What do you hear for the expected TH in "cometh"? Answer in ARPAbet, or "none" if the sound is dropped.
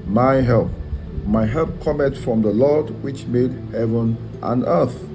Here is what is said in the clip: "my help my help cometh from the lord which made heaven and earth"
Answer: T